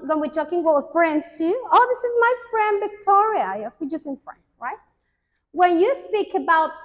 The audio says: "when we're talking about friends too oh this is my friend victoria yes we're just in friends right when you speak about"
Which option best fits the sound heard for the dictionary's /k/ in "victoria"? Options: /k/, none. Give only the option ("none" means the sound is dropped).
/k/